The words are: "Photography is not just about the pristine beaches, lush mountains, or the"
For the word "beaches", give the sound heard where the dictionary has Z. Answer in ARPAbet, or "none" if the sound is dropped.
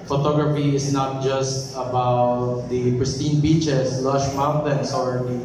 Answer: S